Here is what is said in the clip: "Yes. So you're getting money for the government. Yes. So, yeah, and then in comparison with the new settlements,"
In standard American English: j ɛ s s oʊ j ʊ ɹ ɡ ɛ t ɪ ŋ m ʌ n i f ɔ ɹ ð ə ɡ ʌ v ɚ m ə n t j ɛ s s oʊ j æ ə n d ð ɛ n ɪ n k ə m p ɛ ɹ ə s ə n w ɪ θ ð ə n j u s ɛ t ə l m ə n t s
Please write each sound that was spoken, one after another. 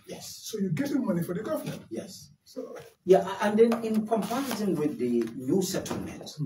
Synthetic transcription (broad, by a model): j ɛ s s oʊ j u ɡ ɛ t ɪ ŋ m ʌ n i f ɔ ɹ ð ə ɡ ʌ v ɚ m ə n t j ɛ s s oʊ j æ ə n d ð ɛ n ɪ n k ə m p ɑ ə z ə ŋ w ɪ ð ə n j u s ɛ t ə l m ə n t